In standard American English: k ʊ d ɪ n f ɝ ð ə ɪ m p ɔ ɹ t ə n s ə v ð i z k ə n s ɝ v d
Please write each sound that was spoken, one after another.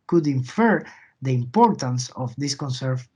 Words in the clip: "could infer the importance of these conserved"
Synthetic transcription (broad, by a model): k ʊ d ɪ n f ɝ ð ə ɪ m p ɔ ɹ t ə n s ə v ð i s k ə n s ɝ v